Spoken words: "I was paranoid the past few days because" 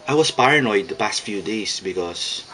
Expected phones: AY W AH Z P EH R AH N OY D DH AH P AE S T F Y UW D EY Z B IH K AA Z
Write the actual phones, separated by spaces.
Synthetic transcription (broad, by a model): AY W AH S P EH R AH N OY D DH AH P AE S T F Y UW D EY S B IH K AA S